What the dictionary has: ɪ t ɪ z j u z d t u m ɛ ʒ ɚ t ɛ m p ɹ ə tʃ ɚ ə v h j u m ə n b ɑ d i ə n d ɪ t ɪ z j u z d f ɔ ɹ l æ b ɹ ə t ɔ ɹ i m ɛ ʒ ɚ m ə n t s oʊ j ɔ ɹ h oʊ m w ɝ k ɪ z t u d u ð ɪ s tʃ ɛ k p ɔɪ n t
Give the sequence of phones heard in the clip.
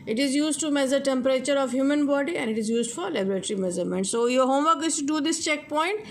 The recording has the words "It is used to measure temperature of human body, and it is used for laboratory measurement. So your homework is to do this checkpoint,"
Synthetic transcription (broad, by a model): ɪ t ɪ z j u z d t u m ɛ z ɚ t ɛ m p ɹ ə tʃ ɚ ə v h j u m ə n b ɑ d i ə n d ɪ t ɪ z j u z d f ɔ ɹ l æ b ɹ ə t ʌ ɹ i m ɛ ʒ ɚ m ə n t s oʊ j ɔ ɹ h oʊ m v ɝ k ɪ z t u d u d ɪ s tʃ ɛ k p ɔɪ n t